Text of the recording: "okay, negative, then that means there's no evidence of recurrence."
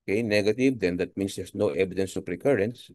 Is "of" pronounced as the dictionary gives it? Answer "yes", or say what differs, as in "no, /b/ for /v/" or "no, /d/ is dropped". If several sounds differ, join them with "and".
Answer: no, /p/ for /v/